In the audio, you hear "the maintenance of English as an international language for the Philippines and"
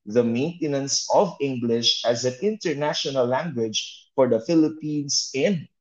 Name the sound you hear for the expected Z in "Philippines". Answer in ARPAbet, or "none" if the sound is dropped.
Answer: S